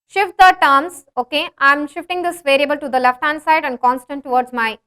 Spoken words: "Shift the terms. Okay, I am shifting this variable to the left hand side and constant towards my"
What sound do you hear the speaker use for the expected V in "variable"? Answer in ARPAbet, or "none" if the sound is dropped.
V